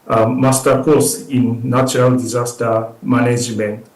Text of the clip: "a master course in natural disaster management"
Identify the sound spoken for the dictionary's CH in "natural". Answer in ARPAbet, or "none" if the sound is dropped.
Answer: none